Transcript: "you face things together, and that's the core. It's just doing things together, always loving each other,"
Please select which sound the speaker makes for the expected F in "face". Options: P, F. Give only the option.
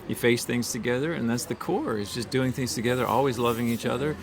F